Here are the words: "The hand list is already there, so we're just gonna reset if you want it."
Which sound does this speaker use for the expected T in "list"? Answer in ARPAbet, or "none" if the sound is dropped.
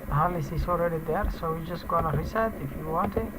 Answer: none